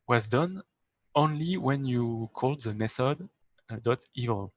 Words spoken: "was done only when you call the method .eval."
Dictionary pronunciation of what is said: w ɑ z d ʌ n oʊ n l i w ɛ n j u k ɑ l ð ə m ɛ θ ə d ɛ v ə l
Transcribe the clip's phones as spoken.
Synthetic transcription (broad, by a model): w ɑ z d ʌ n oʊ n l i w ɛ n j u k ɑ l ð ə m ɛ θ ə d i v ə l